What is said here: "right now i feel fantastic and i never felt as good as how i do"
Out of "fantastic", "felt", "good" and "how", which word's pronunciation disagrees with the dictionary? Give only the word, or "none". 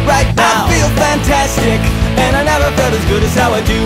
felt